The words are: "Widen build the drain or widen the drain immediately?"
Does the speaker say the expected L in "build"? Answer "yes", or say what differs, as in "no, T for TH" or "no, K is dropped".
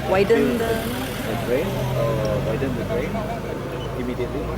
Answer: no, L is dropped